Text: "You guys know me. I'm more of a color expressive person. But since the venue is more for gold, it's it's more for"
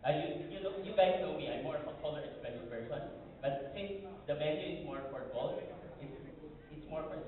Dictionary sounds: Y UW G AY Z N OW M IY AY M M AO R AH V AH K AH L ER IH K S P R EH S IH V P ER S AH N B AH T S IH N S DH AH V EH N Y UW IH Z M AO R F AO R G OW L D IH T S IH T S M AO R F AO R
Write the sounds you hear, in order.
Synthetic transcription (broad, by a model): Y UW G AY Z N OW M IY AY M M AO R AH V AH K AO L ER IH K S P EH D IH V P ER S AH N B AH T S IH N S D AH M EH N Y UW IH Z M AO R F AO R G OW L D IH T S IH T S M AO R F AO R